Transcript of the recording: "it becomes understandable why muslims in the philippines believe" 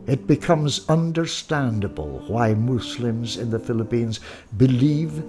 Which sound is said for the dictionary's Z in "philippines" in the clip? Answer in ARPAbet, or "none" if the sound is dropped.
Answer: Z